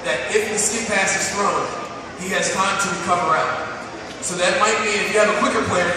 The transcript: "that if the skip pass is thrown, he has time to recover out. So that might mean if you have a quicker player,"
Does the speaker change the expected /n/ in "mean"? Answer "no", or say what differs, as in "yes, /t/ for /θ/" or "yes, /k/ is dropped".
yes, /n/ is dropped